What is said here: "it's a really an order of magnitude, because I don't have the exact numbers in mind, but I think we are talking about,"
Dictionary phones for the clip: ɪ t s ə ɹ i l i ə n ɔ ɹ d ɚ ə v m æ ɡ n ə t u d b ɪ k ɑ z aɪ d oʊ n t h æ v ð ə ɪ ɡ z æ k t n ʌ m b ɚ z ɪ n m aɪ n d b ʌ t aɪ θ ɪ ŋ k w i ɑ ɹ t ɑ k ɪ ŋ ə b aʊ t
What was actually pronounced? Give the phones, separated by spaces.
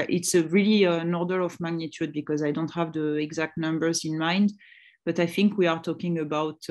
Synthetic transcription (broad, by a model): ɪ t s ə ɹ i l i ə n ɔ ɹ d ɚ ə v m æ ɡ n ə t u d b ɪ k ɑ z aɪ d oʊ n t h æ v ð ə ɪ ɡ z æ k t n ʌ m b ɚ z ɪ n m aɪ n d b ʌ t aɪ θ ɪ ŋ k w i ɑ ɹ t ɑ k ɪ ŋ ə b aʊ t